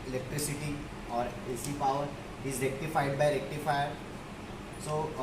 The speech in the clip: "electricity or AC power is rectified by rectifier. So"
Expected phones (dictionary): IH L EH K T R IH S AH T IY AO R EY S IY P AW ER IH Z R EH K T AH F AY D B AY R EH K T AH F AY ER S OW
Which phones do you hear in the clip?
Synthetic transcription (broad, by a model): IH L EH K T R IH S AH T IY AO R EY S IY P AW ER IH Z L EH K T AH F AY D B AY L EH K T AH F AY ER S OW